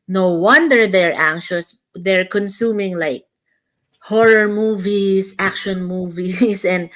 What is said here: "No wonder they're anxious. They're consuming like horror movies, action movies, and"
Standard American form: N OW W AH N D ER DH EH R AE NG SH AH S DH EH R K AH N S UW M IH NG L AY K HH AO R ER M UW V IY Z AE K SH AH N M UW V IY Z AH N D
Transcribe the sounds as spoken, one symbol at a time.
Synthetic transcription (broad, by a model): N OW W AH N D ER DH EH R AE NG SH AH S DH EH R K AH N S UW M IH NG L AY K HH AO R ER M UW V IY S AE K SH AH N M UW V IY S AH N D